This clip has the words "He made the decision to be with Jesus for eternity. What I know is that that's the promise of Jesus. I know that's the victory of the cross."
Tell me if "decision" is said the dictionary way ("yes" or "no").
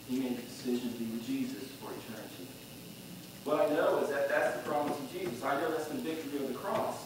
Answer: yes